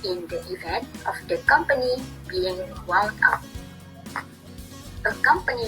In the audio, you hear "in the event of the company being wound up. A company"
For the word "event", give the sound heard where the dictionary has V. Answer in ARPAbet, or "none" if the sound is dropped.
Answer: V